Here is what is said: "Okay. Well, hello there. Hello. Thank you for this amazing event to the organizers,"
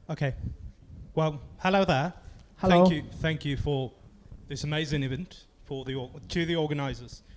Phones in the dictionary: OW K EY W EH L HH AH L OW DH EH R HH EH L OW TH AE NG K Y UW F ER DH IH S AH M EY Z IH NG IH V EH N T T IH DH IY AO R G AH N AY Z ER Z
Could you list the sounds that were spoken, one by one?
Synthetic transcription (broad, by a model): OW K EY W EH L HH AH L OW DH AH HH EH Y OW TH AE NG K Y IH F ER DH IH S AH M EY Z IH NG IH V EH N T T IH DH IY AO R G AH N AY Z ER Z